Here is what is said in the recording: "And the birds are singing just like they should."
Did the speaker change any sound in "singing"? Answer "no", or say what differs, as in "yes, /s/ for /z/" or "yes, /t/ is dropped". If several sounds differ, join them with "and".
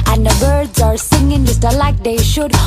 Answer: no